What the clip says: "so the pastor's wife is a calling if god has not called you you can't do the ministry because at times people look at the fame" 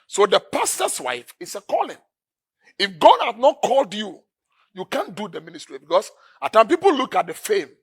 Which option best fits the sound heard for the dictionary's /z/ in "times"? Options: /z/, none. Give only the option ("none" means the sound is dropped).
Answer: none